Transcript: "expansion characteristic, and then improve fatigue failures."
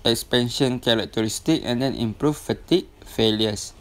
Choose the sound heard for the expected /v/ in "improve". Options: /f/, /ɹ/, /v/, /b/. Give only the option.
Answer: /f/